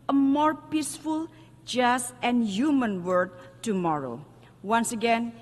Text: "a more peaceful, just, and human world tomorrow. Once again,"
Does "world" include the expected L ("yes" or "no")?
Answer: no